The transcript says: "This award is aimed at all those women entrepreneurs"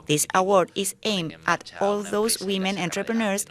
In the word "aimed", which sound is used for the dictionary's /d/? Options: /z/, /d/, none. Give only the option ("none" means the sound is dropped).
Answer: none